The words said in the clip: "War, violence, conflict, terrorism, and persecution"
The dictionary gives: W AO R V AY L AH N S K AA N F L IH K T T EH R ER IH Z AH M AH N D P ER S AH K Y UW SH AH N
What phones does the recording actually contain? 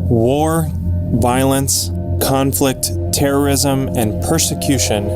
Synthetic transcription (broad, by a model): W AO R V AY L AH N S K AA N F L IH K T T EH R ER IH Z AH M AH N P ER S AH K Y UW SH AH N